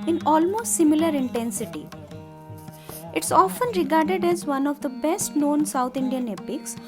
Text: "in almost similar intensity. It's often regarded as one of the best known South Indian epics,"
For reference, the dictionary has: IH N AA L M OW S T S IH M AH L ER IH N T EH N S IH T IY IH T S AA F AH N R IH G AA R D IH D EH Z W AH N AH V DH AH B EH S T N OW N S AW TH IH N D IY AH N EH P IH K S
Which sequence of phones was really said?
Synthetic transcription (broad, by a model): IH N AA L M OW S T S IH M AH L ER IH N T EH N S IH T IY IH T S AA F AH N R IH G AA R D IH D EH Z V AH N AH V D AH B EH S T N OW N S AW T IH N D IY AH N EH P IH K S